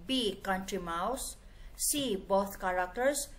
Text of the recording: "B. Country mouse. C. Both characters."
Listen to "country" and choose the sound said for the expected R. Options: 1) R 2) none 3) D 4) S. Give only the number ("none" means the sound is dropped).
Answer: 1